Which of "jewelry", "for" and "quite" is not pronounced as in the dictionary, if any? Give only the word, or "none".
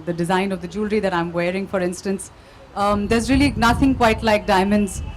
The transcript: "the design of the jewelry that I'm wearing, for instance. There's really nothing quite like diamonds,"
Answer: none